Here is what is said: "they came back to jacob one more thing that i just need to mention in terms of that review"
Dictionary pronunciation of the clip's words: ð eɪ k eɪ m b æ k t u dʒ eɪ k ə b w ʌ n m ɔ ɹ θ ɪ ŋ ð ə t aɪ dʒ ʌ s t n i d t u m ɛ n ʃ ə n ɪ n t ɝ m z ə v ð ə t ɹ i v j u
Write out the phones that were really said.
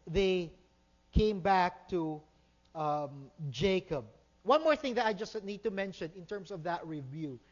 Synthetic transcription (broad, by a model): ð eɪ k eɪ m b æ k t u dʒ eɪ k ə b w ʌ n m ɔ ɹ θ ɪ ŋ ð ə t aɪ dʒ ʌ s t n i d t u m ɛ n ʃ ə n ɪ n t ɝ m s ə v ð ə t ɹ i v j u